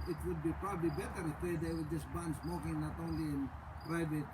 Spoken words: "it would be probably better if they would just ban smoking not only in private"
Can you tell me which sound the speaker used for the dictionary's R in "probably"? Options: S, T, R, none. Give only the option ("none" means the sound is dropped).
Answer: R